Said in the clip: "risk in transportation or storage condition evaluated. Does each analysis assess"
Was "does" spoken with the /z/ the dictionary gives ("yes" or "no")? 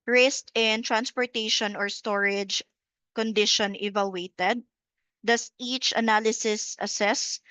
no